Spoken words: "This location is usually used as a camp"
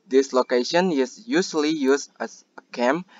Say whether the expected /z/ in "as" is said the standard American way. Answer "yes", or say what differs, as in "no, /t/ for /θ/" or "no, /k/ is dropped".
no, /s/ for /z/